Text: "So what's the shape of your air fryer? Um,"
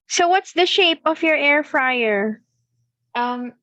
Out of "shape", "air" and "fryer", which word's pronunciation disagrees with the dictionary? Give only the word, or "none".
none